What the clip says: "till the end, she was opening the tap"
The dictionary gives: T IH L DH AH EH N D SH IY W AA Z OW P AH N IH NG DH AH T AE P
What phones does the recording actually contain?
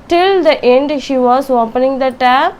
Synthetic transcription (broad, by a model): T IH L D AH EH N D SH IY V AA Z OW P AH N IH NG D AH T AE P